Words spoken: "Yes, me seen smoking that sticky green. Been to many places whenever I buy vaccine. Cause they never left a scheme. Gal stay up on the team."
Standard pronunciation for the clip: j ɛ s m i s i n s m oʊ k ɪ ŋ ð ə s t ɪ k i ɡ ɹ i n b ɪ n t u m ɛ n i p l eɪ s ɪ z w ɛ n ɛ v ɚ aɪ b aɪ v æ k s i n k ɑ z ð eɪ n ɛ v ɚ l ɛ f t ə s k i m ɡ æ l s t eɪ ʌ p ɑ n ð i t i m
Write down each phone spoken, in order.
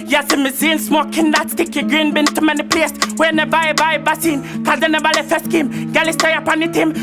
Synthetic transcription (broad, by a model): j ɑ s m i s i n s m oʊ k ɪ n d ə s t ɪ k i ɡ ɹ i n b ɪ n t u m ɛ n i p l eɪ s w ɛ n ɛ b aɪ b aɪ b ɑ s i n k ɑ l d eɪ n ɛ b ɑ l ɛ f ə s k i m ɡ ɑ l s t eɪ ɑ p ɑ n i t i m